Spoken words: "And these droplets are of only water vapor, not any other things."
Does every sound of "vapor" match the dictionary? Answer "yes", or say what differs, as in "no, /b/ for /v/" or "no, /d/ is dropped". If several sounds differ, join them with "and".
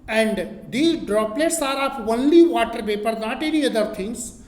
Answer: no, /p/ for /v/